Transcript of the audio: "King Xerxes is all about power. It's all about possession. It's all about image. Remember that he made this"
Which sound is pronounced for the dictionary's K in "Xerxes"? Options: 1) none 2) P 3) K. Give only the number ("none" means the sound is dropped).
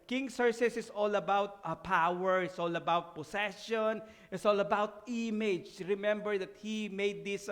1